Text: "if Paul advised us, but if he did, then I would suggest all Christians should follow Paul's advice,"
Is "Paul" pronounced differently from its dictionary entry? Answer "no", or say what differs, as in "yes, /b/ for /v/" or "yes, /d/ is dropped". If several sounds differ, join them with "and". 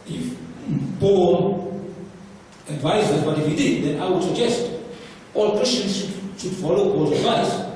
yes, /b/ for /p/